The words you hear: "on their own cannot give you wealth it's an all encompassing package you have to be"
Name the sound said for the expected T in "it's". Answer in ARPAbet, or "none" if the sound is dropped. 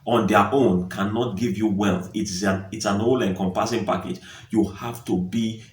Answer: T